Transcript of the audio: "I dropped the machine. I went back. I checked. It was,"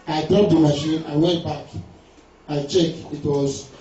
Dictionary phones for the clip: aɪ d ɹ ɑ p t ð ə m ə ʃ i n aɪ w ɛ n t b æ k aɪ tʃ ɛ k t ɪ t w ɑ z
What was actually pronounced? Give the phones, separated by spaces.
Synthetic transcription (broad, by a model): aɪ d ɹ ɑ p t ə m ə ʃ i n aɪ w ɛ n t b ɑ k aɪ tʃ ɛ k ɪ t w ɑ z